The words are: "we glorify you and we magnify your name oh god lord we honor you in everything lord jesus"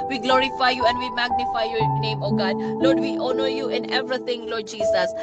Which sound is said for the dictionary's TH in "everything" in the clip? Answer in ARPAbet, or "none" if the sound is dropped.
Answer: T